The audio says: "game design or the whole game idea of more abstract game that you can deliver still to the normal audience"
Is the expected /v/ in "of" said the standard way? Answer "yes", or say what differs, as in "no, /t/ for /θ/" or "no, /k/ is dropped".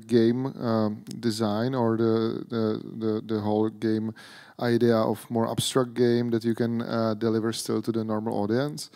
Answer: no, /f/ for /v/